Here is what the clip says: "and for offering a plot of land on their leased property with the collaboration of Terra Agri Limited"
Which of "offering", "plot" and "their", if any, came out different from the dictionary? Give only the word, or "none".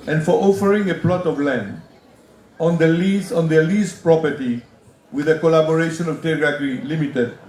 their